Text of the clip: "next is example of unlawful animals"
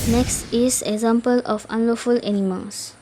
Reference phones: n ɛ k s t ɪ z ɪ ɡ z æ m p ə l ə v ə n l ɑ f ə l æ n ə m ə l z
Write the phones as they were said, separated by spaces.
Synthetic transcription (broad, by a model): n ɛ k s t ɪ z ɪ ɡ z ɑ m p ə l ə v ə n l ɑ f ə l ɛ n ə m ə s